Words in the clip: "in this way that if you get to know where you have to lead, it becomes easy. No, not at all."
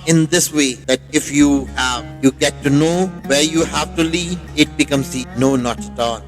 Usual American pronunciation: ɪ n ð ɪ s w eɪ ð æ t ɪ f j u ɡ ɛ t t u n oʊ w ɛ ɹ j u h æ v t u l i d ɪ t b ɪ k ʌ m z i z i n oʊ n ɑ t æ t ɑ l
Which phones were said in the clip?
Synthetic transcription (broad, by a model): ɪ n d ɪ s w eɪ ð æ t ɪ f j u ɡ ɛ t t u n oʊ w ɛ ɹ j u h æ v t u l i ɪ t b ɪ k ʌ m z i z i n oʊ n ɑ t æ t ɑ l